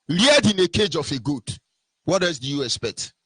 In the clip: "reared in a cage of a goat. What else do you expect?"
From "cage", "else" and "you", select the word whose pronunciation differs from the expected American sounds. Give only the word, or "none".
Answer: else